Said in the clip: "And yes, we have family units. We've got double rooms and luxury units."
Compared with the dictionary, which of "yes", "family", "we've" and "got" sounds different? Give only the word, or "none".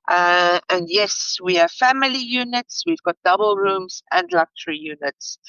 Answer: none